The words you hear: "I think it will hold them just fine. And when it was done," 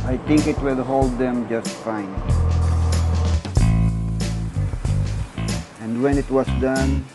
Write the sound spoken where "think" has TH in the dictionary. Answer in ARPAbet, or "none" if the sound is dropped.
T